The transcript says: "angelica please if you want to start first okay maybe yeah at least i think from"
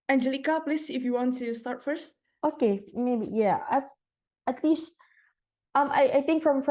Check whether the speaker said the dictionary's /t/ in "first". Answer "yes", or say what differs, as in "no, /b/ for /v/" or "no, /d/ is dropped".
yes